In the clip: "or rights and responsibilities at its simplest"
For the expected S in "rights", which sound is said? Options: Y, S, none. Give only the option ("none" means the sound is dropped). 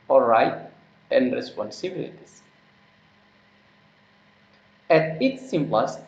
none